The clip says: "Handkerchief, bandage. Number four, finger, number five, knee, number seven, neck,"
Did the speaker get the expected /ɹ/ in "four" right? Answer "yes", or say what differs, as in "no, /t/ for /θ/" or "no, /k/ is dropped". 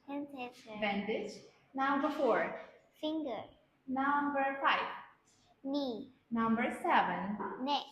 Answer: yes